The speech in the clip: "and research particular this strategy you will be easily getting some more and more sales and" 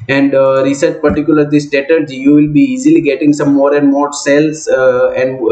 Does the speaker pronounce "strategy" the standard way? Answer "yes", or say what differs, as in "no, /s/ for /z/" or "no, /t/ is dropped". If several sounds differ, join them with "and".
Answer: no, /ɹ/ is dropped